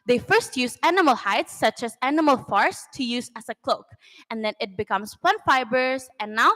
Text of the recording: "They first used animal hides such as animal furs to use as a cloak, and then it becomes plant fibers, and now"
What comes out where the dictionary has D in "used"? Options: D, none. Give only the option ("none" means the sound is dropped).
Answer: none